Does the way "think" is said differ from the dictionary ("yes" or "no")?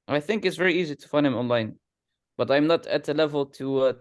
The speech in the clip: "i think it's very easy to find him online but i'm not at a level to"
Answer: no